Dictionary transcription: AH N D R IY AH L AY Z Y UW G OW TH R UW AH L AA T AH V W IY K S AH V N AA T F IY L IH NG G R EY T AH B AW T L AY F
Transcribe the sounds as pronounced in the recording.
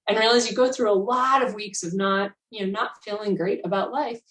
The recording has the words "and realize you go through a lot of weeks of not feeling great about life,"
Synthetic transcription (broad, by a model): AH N R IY L AY Z Y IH G OW TH R UW AH L AA T AH V W IY K S AH V N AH T F IY L IH NG G R EY T AH B AW T L AY F